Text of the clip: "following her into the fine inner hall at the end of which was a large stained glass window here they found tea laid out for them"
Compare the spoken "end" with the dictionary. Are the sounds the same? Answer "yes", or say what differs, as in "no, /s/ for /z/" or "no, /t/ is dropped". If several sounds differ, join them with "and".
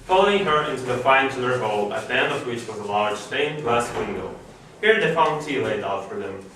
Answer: no, /d/ is dropped